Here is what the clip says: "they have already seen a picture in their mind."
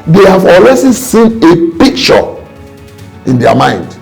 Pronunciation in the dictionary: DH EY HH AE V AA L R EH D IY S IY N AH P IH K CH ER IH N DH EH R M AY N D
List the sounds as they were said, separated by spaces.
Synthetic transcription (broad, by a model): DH EY HH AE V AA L W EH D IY S IY N AH P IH K CH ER IH N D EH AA M AY N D